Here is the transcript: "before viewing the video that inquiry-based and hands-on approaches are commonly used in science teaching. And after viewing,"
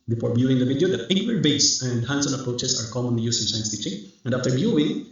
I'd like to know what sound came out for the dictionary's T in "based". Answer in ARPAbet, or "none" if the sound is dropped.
none